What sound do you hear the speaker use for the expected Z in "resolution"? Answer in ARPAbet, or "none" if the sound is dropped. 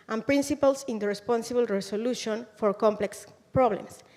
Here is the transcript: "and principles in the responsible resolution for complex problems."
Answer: S